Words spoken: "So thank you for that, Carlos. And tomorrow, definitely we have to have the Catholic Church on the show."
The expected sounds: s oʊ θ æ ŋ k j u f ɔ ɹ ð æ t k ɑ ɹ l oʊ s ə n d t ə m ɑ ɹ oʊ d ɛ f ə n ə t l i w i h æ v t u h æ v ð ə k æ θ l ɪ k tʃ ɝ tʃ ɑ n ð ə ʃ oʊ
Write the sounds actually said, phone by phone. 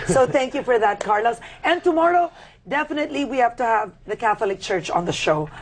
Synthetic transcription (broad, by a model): s oʊ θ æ ŋ k j u f ɔ ɹ ð æ t k ɑ ɹ l oʊ s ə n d t ə m ɑ ɹ oʊ d ɛ f ə n ə t l i w i h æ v t u h æ v ð ə k æ θ l ɪ k tʃ ɝ tʃ ɑ n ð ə ʃ oʊ